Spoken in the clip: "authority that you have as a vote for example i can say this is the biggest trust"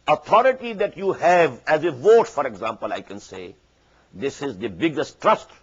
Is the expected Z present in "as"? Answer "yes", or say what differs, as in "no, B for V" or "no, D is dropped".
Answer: yes